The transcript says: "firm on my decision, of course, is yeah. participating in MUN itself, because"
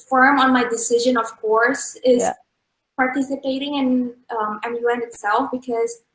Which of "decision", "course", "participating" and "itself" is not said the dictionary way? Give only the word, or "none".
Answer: none